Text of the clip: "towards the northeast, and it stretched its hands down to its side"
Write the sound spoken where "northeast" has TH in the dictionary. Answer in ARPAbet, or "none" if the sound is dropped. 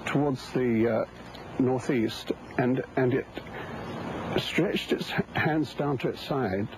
TH